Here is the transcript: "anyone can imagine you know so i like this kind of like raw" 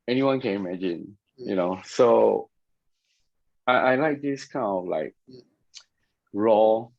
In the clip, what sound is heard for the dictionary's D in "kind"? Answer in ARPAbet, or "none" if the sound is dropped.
none